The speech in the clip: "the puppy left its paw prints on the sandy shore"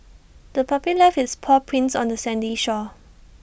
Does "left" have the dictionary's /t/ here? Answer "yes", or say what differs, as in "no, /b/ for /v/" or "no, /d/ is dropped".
no, /t/ is dropped